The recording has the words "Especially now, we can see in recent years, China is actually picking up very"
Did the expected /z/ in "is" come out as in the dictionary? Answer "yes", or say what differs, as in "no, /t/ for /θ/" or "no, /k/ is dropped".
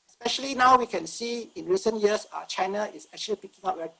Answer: no, /s/ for /z/